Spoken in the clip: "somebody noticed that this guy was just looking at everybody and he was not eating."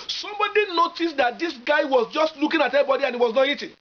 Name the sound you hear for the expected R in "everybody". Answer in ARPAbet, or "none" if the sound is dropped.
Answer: none